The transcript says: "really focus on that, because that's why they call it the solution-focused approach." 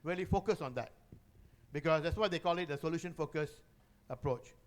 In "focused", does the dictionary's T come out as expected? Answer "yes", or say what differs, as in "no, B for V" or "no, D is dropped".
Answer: no, T is dropped